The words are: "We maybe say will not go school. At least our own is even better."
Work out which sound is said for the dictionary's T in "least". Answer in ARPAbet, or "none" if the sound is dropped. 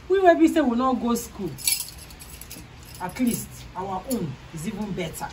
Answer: T